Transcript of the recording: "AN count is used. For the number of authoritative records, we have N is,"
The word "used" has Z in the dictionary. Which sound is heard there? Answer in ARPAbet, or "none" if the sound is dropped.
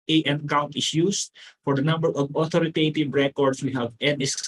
S